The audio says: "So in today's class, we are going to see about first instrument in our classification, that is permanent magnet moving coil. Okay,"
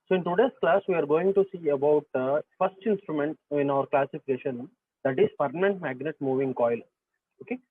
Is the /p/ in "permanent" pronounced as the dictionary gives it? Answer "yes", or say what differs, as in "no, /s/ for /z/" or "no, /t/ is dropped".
no, /f/ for /p/